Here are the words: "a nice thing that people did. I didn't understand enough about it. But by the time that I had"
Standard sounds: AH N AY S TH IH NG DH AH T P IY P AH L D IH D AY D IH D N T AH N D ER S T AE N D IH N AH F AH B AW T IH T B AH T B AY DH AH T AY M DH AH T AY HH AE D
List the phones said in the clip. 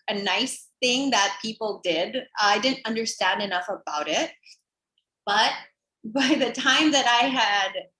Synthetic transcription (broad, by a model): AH N AY S TH IH NG DH AH T P IY P L D IH D AY D IH D N T AH N D ER S T AE N D IH N AH F AH B AW T IH T B AH T B AY DH AH T AY M DH AH T AY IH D